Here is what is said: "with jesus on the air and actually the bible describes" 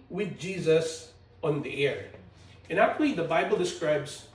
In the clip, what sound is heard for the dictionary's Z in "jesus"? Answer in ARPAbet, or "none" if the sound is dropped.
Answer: Z